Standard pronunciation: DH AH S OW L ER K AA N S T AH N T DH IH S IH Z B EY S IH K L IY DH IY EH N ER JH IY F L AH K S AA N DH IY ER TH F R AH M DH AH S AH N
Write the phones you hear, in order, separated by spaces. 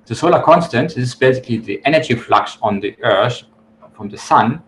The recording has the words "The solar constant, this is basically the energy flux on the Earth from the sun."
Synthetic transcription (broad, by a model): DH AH S OW L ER K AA N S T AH N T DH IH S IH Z B EY S IH K L IY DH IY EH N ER JH IY F L AH K S N DH IY ER TH F R AH M DH AH S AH N